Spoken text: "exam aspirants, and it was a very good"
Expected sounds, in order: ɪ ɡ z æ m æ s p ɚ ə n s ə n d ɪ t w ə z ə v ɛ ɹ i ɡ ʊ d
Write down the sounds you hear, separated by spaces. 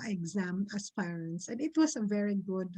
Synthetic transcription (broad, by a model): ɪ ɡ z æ m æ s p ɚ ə n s ə n d ɪ t w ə s ə v ɛ ɹ i ɡ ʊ d